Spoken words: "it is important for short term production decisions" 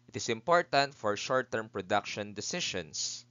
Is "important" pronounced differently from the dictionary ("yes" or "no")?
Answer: no